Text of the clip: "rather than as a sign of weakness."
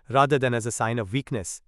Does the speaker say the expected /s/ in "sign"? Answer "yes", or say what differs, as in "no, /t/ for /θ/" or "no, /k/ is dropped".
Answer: yes